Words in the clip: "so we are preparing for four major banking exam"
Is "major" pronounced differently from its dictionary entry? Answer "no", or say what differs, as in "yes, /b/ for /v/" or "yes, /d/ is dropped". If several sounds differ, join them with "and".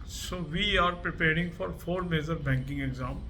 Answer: yes, /z/ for /dʒ/